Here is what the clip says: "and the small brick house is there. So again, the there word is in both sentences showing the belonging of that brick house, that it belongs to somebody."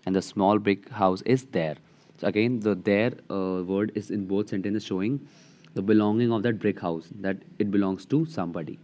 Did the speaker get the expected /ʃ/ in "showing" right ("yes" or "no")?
yes